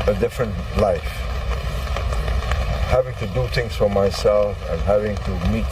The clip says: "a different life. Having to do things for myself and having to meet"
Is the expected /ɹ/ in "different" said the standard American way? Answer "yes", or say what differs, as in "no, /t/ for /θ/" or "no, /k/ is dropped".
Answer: yes